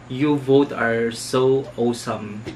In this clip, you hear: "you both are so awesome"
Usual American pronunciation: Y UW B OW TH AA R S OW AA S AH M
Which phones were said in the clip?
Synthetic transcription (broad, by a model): Y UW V OW T AA R S OW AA S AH M